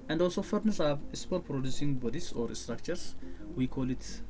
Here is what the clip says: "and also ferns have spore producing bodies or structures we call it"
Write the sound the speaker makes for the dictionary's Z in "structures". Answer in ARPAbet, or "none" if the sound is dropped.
S